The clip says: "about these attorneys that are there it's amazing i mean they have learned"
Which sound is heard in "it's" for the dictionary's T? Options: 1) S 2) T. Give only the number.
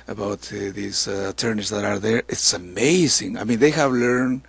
2